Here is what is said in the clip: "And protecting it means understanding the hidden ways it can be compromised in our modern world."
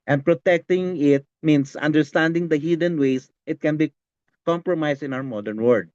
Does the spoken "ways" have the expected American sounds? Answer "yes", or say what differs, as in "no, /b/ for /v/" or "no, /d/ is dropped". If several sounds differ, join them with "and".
no, /s/ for /z/